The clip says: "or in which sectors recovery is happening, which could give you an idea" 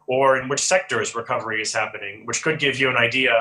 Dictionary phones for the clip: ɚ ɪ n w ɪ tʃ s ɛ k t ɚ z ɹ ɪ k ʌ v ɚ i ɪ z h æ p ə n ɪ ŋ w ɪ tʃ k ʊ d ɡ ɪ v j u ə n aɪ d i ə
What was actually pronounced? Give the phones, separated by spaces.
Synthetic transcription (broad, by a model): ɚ ɪ n w ɪ tʃ s ɛ k t ɚ z ɹ ɪ k ʌ v ɚ i ɪ z h æ p ə n ɪ ŋ w ɪ tʃ k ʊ d ɡ ɪ v j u ə n aɪ d i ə